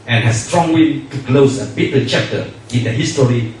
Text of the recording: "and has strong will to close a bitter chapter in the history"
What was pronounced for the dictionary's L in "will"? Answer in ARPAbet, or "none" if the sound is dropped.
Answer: N